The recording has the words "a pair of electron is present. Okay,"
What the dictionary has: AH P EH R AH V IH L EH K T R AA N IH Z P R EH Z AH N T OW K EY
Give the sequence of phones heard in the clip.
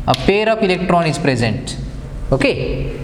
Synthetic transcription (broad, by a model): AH P EH R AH P IH L EH K T R AA N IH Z P R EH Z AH N T OW K EY